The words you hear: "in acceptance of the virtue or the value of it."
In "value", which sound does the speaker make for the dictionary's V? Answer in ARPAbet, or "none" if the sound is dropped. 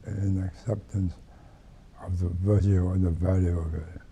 V